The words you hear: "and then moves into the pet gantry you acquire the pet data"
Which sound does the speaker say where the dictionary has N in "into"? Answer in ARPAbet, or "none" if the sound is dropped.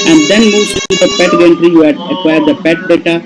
none